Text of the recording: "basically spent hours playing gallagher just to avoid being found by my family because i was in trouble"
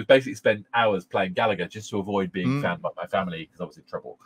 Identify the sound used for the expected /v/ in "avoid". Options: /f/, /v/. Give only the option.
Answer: /v/